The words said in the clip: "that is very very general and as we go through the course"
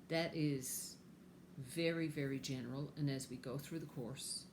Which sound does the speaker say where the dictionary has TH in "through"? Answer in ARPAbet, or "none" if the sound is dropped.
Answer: TH